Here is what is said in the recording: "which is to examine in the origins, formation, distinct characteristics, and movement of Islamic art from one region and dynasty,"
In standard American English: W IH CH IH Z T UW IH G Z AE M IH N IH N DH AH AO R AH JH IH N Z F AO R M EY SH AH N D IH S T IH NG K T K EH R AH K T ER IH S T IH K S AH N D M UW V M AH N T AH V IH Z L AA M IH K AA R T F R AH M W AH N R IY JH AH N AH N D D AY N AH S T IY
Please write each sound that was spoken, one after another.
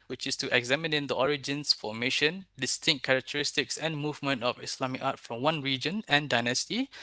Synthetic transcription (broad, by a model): W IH CH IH S T UW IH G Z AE M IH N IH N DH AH AO R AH JH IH N S F AO M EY SH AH N D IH S T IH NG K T K EH R AH K T ER IH S T IH K S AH N M UW V M AH N T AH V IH S L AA M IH K AA T F R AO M W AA N R IY JH AH N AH N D D AY N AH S T IY